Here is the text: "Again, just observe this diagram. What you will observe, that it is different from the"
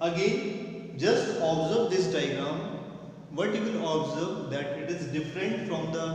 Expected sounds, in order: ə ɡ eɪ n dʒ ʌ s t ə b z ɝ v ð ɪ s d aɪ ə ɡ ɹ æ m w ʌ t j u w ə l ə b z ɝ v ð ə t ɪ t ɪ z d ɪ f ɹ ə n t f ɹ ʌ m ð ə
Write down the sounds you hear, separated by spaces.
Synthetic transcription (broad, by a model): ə ɡ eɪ n dʒ ʌ s t ə b z ɝ v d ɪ s d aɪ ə ɡ ɹ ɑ m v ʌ t j u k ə n ə b z ɝ v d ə t ɪ t ɪ z d ɪ f ɹ ə n t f ɹ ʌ m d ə